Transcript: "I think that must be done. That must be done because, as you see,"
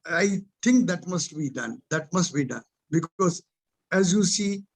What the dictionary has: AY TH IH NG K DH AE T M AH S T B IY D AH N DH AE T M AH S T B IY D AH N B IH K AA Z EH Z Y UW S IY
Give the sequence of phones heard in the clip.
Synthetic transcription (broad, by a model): AY T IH NG K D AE T M AH S T B IY D AH N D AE T M AH S T B IY D AH N B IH K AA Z EH Z Y UW S IY